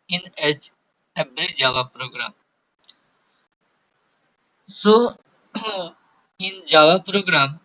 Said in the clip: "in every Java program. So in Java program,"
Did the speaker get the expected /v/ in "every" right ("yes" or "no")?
no